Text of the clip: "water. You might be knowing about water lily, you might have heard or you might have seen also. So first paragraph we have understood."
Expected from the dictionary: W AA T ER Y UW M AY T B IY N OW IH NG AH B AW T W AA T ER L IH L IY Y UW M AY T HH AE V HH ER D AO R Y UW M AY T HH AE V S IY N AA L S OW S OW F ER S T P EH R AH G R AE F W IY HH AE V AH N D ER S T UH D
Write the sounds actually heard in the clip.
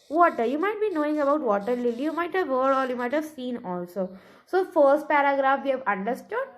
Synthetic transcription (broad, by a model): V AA T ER Y UW M AY T B IY N OW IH NG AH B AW T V AA T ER L IH L IY Y UW M AY T HH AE V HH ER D AO L Y UW M AY T HH AE V S IY N AA L S OW S OW F ER S T P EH R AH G R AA F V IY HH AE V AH N D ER S T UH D